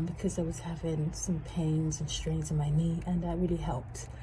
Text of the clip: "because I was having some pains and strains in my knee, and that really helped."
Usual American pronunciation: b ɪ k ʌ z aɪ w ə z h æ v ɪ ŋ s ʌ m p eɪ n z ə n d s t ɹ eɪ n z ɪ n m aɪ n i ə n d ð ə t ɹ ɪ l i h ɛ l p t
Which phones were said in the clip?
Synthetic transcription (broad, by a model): b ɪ k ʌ z aɪ w ə z h æ v ɪ ŋ s ʌ m p eɪ n z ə n s t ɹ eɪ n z ɪ n m aɪ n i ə n ð ə t ɹ ɪ l i h ɛ l p t